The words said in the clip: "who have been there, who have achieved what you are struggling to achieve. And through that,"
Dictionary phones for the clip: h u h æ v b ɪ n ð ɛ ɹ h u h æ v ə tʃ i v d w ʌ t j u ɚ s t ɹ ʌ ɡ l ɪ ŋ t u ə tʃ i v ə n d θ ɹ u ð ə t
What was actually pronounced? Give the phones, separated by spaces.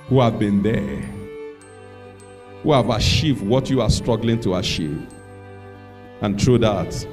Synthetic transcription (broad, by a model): h u h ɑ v b ɪ n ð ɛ h u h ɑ v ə ʃ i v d w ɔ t j u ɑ s t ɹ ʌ ɡ l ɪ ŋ t u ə ʃ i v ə n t ɹ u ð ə t